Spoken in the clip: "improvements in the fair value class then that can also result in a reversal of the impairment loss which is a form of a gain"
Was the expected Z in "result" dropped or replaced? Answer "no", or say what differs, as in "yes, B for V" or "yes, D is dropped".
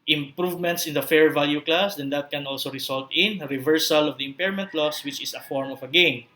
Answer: yes, S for Z